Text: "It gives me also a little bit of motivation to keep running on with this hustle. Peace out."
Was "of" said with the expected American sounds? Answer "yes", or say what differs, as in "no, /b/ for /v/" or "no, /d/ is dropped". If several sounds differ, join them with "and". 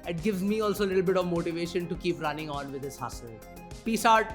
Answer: yes